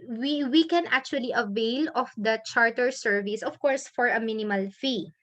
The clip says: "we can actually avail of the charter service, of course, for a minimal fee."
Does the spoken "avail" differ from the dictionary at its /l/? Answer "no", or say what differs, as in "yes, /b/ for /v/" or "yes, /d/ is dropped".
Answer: no